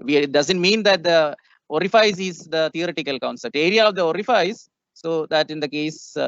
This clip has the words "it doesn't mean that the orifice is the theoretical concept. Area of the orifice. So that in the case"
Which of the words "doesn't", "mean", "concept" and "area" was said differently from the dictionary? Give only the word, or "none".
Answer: concept